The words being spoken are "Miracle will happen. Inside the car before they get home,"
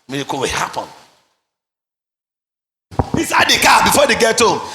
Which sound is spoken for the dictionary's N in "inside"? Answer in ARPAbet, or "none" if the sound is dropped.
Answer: none